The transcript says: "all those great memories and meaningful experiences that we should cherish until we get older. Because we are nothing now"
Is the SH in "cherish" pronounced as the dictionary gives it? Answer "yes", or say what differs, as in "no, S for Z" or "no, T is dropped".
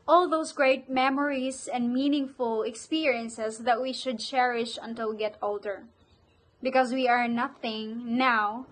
yes